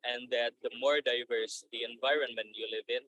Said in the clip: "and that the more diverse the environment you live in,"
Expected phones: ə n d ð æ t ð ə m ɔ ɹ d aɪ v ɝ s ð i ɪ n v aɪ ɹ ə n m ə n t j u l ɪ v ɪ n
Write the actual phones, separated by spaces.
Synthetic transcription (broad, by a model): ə n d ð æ t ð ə m ɔ ɹ d aɪ v ɝ s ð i ɪ n v aɪ ɹ ə n m ə n t j u l ɪ v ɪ n